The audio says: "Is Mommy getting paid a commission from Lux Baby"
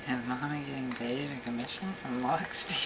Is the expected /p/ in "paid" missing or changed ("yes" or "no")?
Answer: yes